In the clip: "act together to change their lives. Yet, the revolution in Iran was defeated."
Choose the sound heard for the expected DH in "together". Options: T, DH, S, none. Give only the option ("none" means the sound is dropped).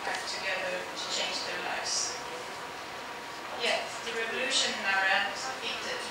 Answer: none